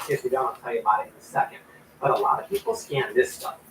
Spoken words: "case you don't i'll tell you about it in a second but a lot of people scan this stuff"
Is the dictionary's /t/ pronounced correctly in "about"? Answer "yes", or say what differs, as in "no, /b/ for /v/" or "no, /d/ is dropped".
no, /t/ is dropped